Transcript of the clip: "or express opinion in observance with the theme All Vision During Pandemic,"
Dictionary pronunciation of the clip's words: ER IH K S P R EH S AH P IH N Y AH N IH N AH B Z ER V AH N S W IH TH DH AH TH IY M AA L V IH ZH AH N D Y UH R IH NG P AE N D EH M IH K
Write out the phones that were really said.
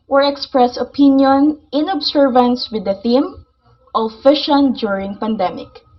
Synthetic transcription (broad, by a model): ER IH K S P R EH S AH P IH N Y AH N IH N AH B S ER V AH N S W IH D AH TH IY M AA L F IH SH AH N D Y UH R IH NG P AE N D EH M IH K